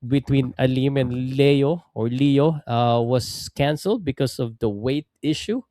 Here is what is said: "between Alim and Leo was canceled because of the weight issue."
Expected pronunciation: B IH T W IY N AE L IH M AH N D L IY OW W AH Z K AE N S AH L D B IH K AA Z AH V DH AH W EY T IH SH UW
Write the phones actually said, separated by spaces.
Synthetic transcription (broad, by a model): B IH T W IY N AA L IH M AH N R L IY OW W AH S K AE N S AH L D B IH K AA S AH V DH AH W EY T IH SH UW